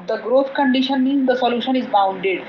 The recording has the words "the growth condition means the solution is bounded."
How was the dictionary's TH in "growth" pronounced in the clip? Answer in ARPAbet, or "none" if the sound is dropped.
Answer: T